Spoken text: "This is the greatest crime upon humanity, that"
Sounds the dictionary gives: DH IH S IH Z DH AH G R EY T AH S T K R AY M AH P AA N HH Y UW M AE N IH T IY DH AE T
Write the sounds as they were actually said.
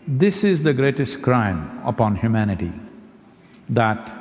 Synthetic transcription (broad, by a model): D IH S IH Z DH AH G R EY T AH S T K R AY M AH P AA N HH Y UW M AE N IH T IY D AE T